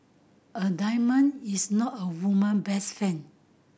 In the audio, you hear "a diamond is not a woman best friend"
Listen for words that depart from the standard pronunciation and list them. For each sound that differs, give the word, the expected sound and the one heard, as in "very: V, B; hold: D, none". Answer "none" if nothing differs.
diamond: D, none; is: Z, S; friend: R, none; friend: D, none